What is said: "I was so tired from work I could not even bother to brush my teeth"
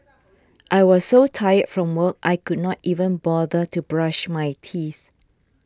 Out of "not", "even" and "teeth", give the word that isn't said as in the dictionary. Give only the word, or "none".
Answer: none